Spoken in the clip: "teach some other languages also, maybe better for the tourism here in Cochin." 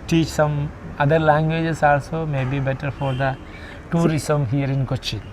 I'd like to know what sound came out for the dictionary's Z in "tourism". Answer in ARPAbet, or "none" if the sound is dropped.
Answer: S